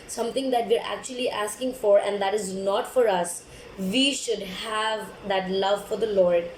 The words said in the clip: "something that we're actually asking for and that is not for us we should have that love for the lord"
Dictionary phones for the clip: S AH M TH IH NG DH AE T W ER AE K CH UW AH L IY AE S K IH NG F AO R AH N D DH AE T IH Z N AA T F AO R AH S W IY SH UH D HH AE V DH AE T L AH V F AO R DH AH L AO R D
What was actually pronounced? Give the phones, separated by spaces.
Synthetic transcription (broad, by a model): S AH M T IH NG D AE T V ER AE K CH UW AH L IY AE S K IH NG F AO R AH N D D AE T IH Z N AA T F AO R AH S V IY SH UH D HH AE V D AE T L AH V F AO R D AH L AO R D